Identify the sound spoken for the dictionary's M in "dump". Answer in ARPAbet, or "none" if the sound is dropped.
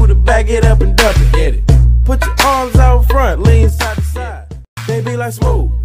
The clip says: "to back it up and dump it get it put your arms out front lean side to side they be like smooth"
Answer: none